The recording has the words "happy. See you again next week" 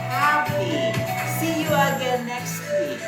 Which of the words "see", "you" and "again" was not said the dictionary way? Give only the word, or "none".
again